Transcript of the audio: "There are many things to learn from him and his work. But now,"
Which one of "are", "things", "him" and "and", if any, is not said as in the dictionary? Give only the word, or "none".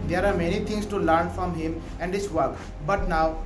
things